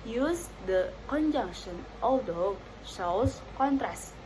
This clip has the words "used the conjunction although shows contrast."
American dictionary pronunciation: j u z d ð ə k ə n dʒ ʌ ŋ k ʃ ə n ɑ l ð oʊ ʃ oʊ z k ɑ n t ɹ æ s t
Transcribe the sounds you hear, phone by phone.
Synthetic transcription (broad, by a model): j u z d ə k ə n dʒ ʌ ŋ k ʃ ə n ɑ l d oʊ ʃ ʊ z k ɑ n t ɹ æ s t